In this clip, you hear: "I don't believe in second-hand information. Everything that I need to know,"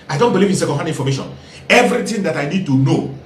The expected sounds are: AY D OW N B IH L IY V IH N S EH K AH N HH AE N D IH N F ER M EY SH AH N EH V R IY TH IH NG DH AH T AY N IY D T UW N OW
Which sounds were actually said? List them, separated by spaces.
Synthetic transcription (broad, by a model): AY D OW N B IH L IY V IH N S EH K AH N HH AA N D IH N F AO M EY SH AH N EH V R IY T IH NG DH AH T AY N IY D T UW N OW